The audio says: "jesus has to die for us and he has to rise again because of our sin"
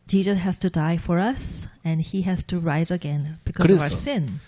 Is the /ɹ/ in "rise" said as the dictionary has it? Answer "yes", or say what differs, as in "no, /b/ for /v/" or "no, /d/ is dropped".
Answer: yes